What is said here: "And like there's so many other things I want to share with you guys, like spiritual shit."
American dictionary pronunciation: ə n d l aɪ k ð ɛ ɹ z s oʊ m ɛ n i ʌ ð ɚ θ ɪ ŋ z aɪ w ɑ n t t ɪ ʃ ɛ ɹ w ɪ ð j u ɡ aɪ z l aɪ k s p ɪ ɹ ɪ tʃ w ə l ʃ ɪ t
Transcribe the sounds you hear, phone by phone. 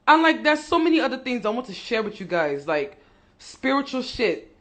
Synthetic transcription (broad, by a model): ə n l aɪ k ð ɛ ɹ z s oʊ m ɛ n i ʌ ð ɚ θ ɪ ŋ z aɪ w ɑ n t t ɪ ʃ ɛ ɹ w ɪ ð j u ɡ aɪ z l aɪ k s p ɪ ɹ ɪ tʃ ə l ʃ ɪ t